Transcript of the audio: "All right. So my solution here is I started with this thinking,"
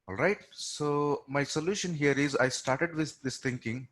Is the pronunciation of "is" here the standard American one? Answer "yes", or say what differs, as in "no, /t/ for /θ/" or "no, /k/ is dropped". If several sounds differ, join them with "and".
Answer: yes